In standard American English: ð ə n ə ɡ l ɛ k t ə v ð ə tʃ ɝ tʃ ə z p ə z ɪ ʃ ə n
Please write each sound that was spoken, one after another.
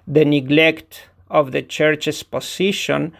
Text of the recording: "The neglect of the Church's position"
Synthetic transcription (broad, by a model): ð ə n ə ɡ l ɛ k t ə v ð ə tʃ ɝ tʃ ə s p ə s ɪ ʃ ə n